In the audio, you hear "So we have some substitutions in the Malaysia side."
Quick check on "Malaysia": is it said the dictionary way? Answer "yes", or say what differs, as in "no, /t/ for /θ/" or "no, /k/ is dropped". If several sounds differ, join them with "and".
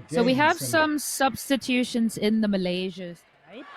yes